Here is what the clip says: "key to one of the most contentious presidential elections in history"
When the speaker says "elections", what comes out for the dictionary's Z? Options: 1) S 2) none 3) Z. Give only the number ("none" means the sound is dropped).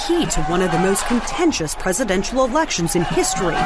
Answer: 3